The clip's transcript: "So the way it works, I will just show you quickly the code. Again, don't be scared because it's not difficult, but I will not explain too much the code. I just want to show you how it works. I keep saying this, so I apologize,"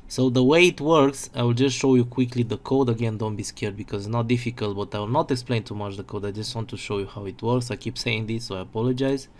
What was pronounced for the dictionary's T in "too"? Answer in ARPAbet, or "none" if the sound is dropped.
T